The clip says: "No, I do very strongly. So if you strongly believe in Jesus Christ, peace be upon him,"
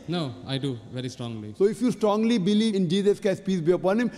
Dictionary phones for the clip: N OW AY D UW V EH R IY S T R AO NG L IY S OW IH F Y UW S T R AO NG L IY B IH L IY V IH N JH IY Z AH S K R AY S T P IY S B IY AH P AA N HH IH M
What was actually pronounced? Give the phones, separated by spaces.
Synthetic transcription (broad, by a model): N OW AY D UW V EH R IY S T R AO NG L IY S OW IH F Y UW S T R AO NG L IY B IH L IY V IH N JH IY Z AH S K AY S P IY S B IY AH P AA N HH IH M